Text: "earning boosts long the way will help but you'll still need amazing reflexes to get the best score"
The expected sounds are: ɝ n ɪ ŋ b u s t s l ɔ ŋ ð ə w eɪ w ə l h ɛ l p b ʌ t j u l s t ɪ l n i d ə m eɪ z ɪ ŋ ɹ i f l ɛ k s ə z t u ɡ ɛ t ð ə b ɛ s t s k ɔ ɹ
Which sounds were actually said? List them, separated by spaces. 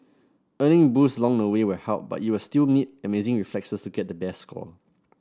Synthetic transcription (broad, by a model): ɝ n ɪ ŋ b u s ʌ l ɔ ŋ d ə w eɪ w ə h ɛ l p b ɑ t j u w s t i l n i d ə m eɪ z ɪ ŋ ɹ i f l ɛ k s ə s t u ɡ ɛ t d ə b ɛ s s k ɔ l